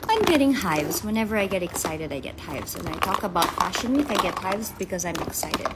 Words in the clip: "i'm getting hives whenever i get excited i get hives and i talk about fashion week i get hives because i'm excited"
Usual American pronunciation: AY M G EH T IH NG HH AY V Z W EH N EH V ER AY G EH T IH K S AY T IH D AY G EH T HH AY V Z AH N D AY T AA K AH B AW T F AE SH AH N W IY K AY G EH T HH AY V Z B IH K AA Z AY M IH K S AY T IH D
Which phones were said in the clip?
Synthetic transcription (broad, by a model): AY M G EH T IH NG HH AY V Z W EH N EH V ER AY G EH T IH K S AY T IH D AY G EH T HH AY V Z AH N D AY T AA K AH B AW T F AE SH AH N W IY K AY G EH T HH AY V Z B IH K AA Z AY M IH K S AY T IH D